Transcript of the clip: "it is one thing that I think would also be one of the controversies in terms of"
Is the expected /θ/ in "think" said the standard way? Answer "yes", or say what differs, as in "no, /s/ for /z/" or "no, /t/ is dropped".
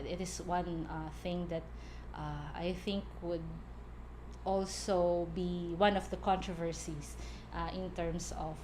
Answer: yes